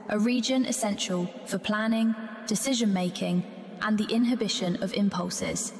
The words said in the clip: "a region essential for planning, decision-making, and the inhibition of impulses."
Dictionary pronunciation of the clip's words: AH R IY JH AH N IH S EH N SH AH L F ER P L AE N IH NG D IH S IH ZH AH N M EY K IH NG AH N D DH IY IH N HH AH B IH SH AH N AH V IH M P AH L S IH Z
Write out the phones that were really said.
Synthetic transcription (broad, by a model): AH R IY JH AH N IH S EH N SH AH L F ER P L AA N IH NG D IH S IH ZH AH N M EY K IH NG AH N DH IY IH N HH AH B IH SH AH N AH V IH M P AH L S IH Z